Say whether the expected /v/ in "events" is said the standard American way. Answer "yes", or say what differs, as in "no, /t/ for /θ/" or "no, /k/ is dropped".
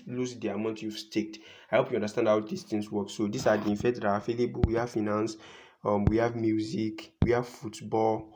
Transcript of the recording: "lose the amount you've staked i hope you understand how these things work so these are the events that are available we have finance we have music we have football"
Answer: no, /f/ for /v/